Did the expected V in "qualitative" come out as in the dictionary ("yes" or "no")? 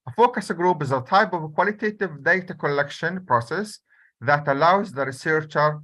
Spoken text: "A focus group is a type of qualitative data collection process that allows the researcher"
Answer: yes